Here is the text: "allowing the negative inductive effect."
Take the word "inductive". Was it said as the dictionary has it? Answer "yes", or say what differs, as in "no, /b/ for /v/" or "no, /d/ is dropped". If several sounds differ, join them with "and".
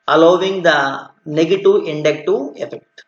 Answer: no, /v/ is dropped